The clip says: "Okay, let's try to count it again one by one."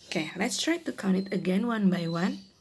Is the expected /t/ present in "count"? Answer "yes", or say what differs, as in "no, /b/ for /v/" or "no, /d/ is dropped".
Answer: no, /t/ is dropped